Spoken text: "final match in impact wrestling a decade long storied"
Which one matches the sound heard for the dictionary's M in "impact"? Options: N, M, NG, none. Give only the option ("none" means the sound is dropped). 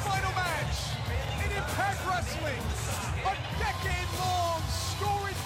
none